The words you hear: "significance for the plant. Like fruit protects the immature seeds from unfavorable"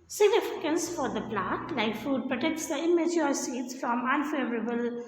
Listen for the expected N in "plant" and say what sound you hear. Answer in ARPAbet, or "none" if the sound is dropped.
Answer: none